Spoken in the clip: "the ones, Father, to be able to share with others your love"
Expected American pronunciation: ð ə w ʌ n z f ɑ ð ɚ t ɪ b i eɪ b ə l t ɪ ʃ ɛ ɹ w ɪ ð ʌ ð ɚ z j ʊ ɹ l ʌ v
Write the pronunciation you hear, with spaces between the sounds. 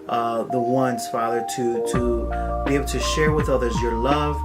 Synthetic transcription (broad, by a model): ð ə w ʌ n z f ɑ ð ɚ t ɪ b i eɪ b l t ɪ ʃ ɛ ɹ w ɪ ð ʌ ð ɚ z j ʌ ɹ l ʌ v